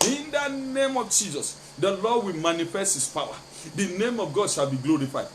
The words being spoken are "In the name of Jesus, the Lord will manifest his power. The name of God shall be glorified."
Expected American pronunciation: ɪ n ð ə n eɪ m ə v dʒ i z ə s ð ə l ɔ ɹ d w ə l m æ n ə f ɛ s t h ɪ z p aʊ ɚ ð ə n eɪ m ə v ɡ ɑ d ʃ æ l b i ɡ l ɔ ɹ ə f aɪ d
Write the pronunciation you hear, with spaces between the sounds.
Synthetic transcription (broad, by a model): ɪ n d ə n eɪ m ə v dʒ i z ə s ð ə l ɔ d w ə l m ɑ n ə f ɛ s t h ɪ s p aʊ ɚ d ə n eɪ m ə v ɡ ɑ d ʃ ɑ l b i ɡ l ɔ ɹ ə f aɪ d